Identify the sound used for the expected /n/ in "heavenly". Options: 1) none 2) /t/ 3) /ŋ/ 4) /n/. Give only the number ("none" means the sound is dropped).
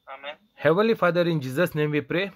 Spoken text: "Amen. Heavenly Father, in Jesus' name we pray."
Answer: 1